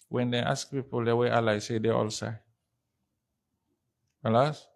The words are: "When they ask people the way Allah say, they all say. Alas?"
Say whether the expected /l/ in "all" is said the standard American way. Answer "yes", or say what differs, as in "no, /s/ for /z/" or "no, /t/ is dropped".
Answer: yes